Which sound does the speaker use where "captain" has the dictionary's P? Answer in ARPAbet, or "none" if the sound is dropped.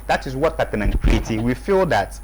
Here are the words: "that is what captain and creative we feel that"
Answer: none